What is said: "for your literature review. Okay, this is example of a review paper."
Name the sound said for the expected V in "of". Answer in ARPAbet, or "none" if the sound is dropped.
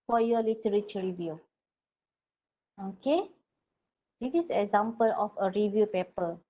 F